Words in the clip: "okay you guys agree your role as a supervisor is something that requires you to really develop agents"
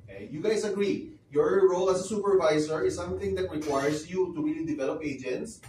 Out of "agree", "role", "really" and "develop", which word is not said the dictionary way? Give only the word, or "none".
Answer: really